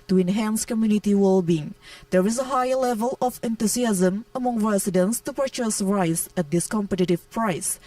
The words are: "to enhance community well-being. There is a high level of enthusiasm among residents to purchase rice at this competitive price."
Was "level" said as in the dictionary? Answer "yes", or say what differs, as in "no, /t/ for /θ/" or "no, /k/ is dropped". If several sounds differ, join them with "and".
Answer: yes